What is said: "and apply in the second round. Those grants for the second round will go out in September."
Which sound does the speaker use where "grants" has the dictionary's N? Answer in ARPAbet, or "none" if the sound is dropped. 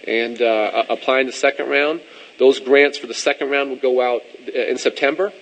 N